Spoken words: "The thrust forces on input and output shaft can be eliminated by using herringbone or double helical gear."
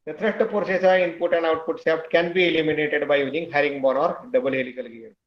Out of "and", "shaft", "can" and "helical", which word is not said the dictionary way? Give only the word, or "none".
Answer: shaft